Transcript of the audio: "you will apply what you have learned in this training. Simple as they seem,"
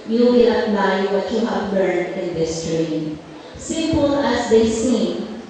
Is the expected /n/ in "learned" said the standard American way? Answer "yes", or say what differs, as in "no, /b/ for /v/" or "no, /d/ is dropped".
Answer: no, /n/ is dropped